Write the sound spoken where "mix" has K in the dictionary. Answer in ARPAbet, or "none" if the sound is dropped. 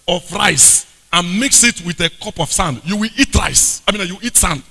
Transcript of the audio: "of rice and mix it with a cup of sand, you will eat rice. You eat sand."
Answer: K